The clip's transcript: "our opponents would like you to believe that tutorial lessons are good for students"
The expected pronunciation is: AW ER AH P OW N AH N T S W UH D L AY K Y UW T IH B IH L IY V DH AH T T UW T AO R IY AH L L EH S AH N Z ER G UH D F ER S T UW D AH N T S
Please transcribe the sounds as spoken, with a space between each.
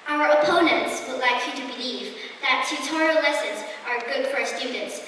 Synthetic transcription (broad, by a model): AW ER AH P OW N AH N T S W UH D L AY K Y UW T IH B IH L IY V DH AH T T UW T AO R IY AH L L EH S AH N Z ER G UH D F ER S T UW D N T S